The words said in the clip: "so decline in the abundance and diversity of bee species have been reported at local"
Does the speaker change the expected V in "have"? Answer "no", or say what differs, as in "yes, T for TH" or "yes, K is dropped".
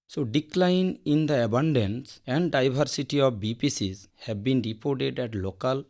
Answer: yes, B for V